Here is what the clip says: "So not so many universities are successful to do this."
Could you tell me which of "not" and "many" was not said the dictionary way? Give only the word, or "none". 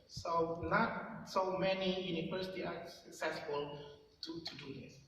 none